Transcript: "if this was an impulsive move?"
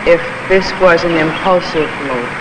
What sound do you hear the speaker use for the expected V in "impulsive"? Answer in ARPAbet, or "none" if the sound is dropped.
V